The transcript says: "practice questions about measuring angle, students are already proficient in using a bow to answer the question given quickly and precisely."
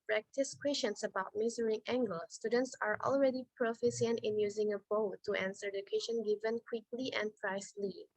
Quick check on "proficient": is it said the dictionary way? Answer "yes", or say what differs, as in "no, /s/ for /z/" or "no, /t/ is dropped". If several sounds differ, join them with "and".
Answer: no, /s/ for /ʃ/